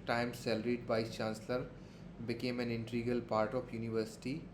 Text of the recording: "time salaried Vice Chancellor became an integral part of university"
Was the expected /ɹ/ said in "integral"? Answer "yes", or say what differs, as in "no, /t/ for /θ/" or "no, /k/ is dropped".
no, /ɹ/ is dropped